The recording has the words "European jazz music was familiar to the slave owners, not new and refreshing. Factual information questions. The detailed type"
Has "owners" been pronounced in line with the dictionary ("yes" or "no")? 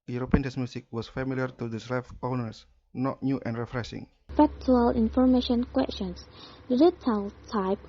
no